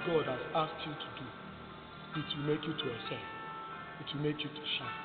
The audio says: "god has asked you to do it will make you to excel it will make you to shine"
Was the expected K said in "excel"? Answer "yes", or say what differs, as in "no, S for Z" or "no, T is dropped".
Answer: no, K is dropped